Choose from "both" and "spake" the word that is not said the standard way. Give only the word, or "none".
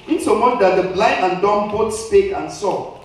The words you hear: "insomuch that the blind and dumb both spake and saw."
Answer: both